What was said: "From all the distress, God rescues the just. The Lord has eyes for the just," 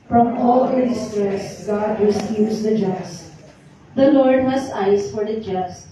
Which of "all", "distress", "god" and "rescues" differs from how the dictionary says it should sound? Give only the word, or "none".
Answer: rescues